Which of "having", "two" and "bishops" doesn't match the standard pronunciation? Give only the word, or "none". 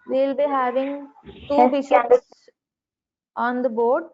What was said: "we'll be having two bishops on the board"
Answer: bishops